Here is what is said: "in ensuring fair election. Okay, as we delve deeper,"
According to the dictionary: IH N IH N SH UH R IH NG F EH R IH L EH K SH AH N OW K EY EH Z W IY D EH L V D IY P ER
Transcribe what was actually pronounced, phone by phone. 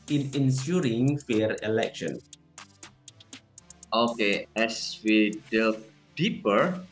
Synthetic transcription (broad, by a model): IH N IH N S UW R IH NG F EH R IH L EH K SH AH N OW K EY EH S W IY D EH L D IY P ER